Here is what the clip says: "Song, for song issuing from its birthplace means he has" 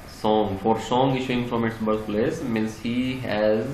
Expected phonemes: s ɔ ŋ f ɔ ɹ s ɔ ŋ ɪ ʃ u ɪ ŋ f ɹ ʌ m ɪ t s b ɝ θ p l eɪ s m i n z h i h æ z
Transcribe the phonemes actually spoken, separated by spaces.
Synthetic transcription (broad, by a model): s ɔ ŋ f ɔ ɹ s ɔ ŋ ɪ ʃ u ɪ ŋ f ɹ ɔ m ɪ t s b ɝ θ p l eɪ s m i n s h i h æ z